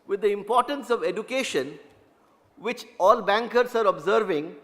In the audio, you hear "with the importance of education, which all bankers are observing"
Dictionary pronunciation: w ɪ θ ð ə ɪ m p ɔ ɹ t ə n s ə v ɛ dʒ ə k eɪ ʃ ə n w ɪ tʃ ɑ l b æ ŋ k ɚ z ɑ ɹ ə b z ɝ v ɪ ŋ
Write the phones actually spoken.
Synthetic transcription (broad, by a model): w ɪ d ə ɪ m p ɔ ɹ t ə n s ə v ɛ dʒ ə k eɪ ʃ ə n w ɪ tʃ ɑ l b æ ŋ k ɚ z ɑ ɹ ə b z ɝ v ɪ ŋ